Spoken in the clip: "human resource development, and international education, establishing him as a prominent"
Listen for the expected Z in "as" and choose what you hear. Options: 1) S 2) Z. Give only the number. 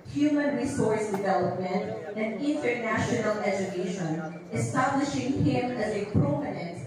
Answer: 2